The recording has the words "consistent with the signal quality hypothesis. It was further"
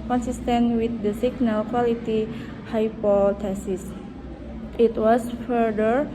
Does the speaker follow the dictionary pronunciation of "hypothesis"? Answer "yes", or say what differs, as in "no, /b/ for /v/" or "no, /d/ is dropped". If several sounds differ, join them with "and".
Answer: no, /t/ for /θ/